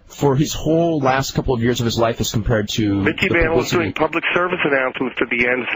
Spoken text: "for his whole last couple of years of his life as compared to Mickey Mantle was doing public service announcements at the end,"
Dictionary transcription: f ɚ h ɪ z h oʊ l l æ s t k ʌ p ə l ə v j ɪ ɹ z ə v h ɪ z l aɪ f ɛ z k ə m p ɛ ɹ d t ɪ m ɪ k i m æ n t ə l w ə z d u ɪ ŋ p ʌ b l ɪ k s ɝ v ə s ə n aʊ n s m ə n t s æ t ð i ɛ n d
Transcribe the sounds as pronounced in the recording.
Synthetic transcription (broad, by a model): f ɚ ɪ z h oʊ l l æ s t k ʌ p l ə v j ɪ ɹ z ə v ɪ z l aɪ f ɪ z k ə m p ɛ ɹ d t ɪ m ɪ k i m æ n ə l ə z d u ɪ ŋ p ʌ b l ɪ k s ɝ v ə s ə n aʊ n s m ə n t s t ð i ɛ n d